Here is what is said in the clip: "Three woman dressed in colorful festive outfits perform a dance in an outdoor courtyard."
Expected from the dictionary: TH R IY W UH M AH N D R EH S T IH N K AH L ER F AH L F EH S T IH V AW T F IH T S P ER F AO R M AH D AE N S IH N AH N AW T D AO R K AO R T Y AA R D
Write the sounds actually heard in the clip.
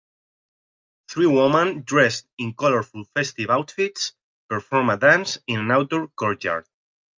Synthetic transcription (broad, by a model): TH R IY W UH M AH N D R EH S T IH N K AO L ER F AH L F EH S T IH V AW T F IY T S P ER F AO R M AH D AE N S IH N AH N AW T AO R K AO R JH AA R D